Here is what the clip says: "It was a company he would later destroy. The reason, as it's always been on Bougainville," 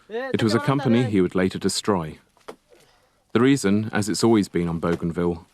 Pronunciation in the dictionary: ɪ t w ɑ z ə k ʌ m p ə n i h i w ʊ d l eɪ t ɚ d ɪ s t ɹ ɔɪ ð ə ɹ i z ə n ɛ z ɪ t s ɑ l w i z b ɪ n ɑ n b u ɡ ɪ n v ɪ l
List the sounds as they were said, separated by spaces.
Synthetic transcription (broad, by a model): ɪ t w ɑ z ə k ʌ m p ə n i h i w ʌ d l eɪ t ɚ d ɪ s t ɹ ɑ ð ə ɹ i z ə n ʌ z ɪ t s ɑ l w i z b ɪ n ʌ n b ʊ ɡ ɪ n v ɪ l